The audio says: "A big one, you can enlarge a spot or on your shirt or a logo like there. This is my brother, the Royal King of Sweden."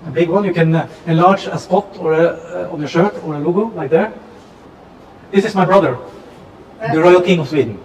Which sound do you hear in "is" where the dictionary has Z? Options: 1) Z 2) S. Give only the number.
2